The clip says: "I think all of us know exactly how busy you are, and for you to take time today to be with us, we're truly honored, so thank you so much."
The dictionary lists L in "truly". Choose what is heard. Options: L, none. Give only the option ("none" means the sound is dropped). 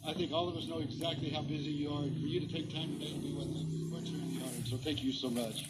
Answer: none